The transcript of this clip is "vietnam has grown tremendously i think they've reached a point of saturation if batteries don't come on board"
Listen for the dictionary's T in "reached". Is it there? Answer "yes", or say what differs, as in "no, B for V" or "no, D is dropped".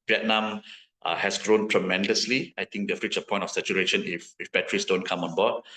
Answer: no, T is dropped